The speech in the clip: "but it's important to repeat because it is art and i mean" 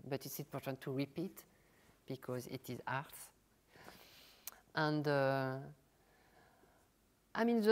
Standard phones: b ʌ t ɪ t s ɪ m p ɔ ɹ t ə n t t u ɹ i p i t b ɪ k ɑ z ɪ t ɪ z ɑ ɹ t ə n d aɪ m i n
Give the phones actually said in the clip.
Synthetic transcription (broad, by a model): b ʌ t ɪ t s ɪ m p ɔ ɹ t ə n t t u ɹ i p i t b ɪ k ɑ z ɪ t ɪ z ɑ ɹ t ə n d aɪ m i n